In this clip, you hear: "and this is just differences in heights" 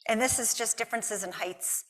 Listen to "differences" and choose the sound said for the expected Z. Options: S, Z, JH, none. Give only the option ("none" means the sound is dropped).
Z